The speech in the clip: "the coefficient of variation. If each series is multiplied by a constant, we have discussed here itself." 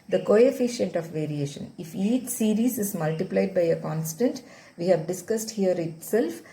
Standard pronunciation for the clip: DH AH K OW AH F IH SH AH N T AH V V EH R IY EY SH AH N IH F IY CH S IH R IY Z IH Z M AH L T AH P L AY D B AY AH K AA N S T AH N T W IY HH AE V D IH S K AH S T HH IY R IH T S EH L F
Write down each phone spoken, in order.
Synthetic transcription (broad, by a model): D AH K OW AH F IH SH AH N T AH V V EH R IY EY SH AH N IH F IY CH S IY R IY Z IH Z M AH L T AH P L AY D B AY AH K AA N S T AH N T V IY HH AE V D IH S K AH S T HH IY R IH T S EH L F